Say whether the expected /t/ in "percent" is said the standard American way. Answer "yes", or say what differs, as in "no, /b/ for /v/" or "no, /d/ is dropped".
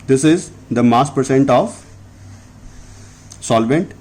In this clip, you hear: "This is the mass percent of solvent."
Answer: yes